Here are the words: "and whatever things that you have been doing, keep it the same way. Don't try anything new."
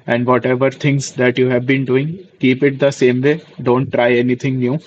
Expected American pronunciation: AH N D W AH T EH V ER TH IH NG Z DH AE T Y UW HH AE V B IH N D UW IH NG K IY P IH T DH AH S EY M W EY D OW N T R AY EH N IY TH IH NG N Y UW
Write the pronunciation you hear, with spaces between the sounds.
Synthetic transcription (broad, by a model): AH N D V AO T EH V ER T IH NG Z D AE T Y UW HH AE V B IH N D UW IH NG K IY P IH T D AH S EY M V EY D OW N T R AY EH N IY T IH NG N Y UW